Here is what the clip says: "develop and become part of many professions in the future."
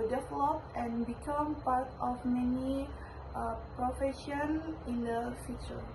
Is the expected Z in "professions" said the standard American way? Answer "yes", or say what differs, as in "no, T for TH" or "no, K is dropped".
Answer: no, Z is dropped